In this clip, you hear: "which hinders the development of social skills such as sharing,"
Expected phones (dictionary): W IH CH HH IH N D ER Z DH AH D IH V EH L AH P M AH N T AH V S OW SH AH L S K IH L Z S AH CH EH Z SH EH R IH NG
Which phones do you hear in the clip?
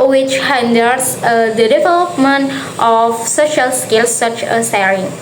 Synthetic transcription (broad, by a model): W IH CH HH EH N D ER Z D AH D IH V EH L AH P M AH N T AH F S OW SH AH L S K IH L S AH CH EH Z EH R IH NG